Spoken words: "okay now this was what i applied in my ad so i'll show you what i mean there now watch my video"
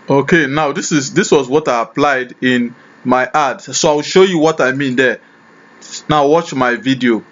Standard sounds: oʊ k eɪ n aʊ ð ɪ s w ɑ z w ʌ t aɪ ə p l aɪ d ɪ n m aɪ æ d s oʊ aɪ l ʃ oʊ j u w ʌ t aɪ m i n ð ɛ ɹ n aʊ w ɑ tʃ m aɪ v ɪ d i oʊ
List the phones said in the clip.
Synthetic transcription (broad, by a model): oʊ k eɪ n aʊ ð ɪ s w ɑ z w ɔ t aɪ ə p l aɪ d ɪ n m aɪ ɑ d s oʊ aɪ w ʃ oʊ j u w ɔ t aɪ m i n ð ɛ n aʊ w ɑ tʃ m aɪ v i d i oʊ